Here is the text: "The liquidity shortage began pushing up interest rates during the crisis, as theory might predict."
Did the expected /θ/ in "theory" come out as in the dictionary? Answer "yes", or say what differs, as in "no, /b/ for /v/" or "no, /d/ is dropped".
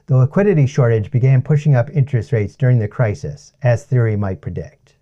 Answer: yes